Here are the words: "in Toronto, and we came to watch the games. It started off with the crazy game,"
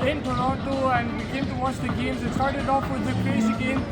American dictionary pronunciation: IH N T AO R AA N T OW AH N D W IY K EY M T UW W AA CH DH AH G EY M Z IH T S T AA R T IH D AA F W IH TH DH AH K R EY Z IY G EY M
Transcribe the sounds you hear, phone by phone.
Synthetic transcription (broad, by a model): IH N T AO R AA T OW AH N D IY K EY M T UW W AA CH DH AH G EY M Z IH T S T AA R T IH D AA F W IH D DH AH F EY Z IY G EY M